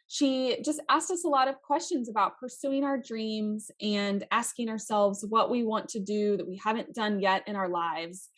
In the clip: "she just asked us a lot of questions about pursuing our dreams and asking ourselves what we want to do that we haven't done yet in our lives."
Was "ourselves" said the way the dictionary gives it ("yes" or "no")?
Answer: yes